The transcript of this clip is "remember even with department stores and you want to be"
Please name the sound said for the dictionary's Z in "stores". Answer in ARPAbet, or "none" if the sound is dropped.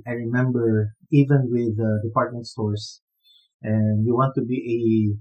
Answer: S